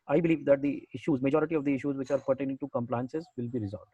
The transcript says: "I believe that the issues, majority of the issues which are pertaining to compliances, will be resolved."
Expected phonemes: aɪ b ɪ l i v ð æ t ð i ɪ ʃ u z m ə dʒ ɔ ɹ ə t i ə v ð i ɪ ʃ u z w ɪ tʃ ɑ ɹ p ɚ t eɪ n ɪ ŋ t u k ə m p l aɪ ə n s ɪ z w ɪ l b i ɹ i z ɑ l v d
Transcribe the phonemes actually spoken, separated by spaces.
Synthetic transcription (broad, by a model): aɪ b ɪ l i v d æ t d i ɪ ʃ u z m ə dʒ ɔ ɹ ə t i ə v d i ɪ ʃ u z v ɪ tʃ ɑ ɹ p ɚ t eɪ n ɪ ŋ t u k ə m p l aɪ ə n s ɪ z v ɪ l b i ɹ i z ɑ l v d